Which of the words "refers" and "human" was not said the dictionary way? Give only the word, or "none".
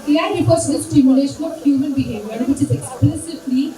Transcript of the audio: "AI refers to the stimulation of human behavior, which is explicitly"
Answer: refers